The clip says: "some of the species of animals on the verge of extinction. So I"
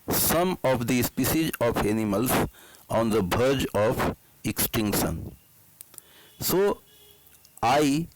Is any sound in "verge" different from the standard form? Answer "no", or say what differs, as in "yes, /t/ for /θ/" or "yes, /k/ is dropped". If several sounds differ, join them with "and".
yes, /b/ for /v/